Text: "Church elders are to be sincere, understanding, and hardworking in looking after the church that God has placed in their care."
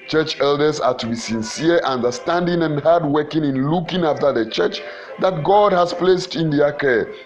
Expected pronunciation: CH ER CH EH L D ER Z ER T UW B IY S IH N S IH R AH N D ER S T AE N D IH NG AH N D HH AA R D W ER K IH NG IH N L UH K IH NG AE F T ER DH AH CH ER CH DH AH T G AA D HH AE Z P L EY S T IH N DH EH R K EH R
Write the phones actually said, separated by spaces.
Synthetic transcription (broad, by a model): CH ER CH EH L D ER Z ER T UW B IY S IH N S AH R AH N D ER S T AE N D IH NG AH N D HH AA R D W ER K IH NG IH N L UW K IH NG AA F T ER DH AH CH ER CH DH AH T G AA D HH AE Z P L EY S T IH N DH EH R K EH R